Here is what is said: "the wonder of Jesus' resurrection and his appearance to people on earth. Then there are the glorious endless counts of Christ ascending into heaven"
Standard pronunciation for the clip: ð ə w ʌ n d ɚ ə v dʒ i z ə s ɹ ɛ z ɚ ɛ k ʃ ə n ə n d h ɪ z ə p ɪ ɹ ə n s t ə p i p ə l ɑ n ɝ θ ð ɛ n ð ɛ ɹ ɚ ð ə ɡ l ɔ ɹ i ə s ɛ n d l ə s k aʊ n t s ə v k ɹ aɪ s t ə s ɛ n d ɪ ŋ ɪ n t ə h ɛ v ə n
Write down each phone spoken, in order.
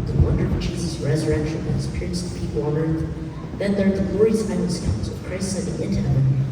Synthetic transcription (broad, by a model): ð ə w ʌ n d ɚ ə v dʒ i z ə s ɹ ɛ z ɚ ɛ k ʃ ə n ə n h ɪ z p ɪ ɹ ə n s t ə p i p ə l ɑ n ɝ θ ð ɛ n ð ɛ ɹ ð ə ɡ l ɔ ɹ i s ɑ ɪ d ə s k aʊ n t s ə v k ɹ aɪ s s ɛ d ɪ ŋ ɪ n t ə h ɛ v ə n